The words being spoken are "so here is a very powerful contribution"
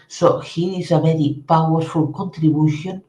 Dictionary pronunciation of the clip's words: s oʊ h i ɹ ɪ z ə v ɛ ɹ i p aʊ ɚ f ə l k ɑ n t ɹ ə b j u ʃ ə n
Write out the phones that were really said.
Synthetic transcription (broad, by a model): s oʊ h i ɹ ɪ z ə b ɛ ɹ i p aʊ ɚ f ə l k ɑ n t ɹ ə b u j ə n